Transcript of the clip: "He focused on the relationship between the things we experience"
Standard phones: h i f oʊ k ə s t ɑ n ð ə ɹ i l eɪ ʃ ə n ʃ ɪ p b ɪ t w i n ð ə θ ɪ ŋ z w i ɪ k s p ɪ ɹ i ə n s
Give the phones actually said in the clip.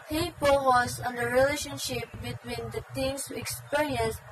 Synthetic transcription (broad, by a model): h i p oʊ ə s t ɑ n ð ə ɹ i l eɪ ʃ ə n ʃ ɪ p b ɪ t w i n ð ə t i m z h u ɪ k s p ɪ ɹ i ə n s